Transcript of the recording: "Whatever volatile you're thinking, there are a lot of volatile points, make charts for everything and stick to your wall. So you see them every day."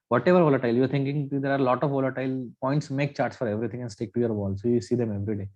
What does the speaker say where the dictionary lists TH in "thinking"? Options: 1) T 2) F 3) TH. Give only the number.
1